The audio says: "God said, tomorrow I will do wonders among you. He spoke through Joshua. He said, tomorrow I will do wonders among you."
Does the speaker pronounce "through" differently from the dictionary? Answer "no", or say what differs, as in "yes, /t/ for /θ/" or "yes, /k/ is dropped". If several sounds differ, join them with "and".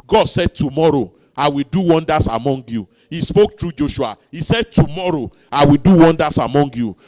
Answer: yes, /t/ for /θ/